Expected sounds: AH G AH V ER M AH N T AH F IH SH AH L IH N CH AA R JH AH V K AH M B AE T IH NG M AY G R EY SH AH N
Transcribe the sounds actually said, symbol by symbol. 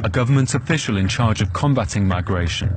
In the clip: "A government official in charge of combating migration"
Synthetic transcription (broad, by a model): AH G AH V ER M AH N T AH F IH SH AH L IH N CH AA JH AH V K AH M B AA T IH NG M AY G R EY SH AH N